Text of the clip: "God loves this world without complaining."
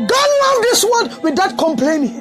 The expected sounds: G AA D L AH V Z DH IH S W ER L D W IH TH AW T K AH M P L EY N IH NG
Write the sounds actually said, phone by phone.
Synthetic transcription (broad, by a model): G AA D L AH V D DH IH S W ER D W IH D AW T K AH M P L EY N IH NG